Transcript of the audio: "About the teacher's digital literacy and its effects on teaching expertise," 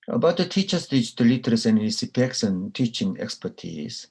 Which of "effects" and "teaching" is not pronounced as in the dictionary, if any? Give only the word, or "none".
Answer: effects